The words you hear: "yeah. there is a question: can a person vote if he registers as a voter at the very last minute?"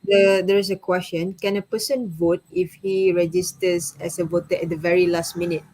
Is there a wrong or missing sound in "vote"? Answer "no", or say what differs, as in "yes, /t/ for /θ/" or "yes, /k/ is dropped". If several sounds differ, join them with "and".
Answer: no